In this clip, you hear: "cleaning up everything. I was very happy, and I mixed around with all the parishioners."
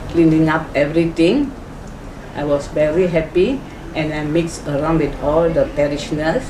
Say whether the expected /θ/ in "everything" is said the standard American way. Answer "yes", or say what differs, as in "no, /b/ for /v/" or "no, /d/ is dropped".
no, /t/ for /θ/